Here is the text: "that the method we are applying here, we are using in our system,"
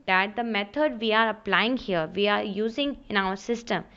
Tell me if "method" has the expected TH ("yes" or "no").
no